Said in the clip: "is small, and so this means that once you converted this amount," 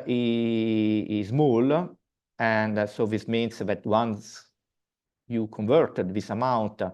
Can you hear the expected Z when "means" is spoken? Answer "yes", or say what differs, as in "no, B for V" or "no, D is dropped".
no, S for Z